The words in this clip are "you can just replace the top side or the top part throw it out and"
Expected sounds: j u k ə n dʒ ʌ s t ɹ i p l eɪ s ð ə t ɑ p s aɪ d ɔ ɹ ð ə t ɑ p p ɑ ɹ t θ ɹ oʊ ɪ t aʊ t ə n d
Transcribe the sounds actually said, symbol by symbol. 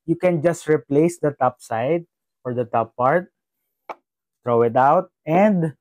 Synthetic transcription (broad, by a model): j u k ə n dʒ ʌ s t ɹ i p l eɪ s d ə t ɑ p s aɪ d ɔ ɹ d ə t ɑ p p ɑ ɹ t t ɹ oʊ ɪ t aʊ t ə n d